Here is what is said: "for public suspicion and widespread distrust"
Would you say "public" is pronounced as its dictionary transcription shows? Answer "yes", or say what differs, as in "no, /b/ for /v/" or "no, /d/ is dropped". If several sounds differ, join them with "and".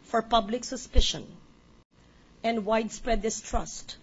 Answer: yes